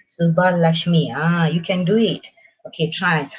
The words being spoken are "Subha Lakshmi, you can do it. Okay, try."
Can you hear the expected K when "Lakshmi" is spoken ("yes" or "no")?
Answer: no